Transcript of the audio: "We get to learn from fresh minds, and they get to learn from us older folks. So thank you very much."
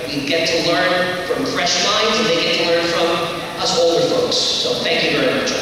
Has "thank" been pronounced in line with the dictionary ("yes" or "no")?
yes